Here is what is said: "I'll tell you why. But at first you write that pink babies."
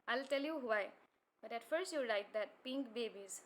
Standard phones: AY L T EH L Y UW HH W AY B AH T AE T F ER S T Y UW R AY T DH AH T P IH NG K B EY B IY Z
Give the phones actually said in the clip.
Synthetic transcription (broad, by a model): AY L T EH L Y UW HH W AY B AH T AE T F ER S T Y UW R AY T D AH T P IH NG K B EY B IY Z